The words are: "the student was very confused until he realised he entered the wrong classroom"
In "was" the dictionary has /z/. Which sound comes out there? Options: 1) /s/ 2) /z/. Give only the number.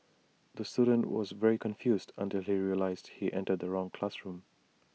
2